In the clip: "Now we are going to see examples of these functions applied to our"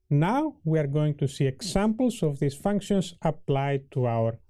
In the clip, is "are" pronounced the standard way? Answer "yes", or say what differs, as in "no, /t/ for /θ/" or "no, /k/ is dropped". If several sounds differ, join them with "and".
yes